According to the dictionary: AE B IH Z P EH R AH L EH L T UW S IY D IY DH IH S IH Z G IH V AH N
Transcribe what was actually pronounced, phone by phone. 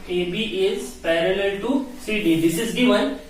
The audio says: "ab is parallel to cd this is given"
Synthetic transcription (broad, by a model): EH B IH Z P EH R AH L EH L T UW S IY D IY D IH S IH Z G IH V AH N